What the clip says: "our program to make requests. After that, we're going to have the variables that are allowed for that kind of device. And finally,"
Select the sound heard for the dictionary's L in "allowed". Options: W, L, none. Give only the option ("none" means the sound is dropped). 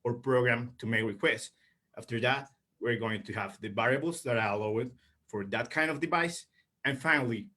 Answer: W